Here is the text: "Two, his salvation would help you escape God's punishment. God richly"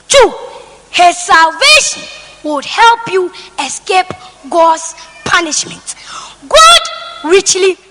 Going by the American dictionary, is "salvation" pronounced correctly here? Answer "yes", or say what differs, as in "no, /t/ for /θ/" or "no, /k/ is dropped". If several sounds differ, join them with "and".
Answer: yes